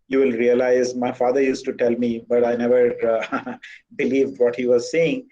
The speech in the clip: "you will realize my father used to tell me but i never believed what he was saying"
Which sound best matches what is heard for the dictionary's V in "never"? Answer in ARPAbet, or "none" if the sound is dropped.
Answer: V